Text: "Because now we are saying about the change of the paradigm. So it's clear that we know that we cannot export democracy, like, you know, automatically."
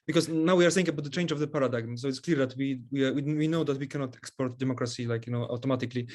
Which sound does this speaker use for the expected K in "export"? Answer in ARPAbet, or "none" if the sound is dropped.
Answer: K